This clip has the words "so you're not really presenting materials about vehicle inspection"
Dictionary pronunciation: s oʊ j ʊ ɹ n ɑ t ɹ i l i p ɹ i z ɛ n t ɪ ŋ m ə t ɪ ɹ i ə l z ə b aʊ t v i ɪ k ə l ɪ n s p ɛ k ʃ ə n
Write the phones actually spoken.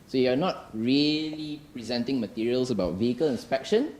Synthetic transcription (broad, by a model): s oʊ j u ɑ n ɑ t ɹ i l i p ɹ i z ɛ n t ɪ ŋ m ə t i ɹ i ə l s ə b aʊ t v i ɪ k ə l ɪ n s p ɛ k ʃ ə n